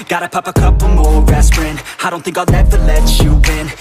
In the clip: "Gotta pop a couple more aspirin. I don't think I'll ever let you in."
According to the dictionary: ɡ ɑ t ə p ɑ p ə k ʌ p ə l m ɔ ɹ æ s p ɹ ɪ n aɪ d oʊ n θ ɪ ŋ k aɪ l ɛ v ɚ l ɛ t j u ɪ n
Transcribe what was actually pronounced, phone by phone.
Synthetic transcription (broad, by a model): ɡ ɑ t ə p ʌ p ə k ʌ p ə m ɔ ɹ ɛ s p ɹ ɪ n aɪ d oʊ n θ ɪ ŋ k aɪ n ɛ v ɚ l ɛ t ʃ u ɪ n